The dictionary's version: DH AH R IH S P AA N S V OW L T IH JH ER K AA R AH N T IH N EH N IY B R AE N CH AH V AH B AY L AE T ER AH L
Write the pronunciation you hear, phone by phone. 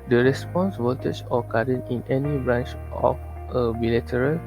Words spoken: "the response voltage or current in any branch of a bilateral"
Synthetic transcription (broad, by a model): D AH R IH S P AA N S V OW T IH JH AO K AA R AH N IH N EH N IY B R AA N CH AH F AH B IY L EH T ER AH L